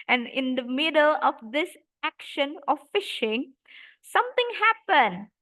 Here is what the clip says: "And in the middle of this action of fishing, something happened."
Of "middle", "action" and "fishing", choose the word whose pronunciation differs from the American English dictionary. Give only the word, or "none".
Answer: none